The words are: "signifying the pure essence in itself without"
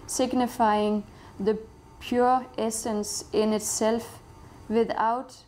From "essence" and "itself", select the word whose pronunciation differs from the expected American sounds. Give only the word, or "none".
none